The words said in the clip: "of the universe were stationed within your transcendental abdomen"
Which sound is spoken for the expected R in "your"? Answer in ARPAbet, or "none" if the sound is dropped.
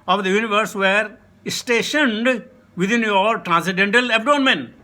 L